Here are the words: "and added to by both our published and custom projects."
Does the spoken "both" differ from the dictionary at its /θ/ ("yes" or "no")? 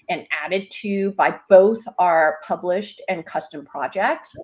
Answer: no